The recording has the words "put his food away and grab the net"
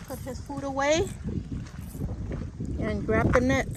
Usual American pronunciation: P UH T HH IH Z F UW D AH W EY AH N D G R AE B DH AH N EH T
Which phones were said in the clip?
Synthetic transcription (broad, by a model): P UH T HH IH Z F UW D AH W EY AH N G R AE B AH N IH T